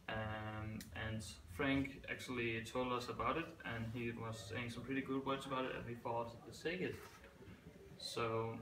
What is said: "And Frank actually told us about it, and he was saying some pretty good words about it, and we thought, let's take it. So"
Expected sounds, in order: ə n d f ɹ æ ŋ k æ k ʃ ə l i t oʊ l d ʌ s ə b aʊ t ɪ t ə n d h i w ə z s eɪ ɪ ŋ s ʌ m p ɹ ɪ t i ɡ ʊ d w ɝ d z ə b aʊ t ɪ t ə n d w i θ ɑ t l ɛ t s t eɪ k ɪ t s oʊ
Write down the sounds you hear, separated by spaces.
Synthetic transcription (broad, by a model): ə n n f ɹ æ ŋ k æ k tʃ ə l i t oʊ l d ʌ s ə b aʊ t ɪ t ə n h i w ə z s eɪ ɪ ŋ s ʌ m p ɹ ɪ t i ɡ ʊ d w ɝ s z ə b aʊ t ɪ t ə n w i f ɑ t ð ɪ s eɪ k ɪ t s oʊ